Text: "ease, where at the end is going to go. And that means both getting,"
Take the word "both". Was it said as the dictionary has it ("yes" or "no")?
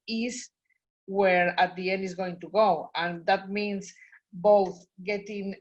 yes